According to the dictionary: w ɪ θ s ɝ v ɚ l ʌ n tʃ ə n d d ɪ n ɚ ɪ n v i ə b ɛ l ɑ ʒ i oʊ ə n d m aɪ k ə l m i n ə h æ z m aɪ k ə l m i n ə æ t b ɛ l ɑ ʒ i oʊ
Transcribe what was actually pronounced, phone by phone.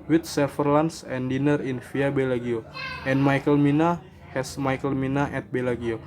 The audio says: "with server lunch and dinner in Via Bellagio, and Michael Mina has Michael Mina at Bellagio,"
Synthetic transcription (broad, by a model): w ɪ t s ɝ f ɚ l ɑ n s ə n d d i n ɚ ɪ n f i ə b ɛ l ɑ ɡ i oʊ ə n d m aɪ k ə l m i n ə h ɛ s m aɪ k ə l m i n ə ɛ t b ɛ l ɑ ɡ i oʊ